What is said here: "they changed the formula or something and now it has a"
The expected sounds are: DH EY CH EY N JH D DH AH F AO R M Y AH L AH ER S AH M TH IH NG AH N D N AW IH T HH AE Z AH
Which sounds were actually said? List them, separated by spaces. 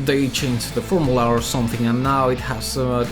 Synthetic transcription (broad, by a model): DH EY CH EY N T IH DH AH F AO R M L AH AH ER S AH M TH IH NG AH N N AW IH T HH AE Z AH